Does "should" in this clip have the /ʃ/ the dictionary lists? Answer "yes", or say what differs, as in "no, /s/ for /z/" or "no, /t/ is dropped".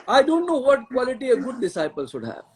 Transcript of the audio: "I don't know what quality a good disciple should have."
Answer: no, /s/ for /ʃ/